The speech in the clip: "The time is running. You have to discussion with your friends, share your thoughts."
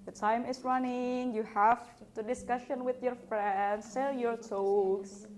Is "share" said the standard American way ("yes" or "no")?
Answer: no